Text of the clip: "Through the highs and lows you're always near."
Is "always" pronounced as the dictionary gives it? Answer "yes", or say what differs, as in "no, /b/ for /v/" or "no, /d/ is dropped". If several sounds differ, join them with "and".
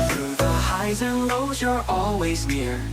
yes